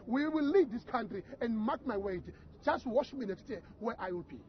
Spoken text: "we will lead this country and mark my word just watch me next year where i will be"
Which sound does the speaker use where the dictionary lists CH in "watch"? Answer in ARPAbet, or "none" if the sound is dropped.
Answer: SH